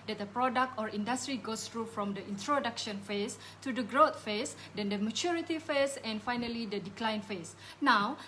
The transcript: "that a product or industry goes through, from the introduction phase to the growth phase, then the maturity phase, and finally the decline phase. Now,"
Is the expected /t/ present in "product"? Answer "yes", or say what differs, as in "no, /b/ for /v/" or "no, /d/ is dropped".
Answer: yes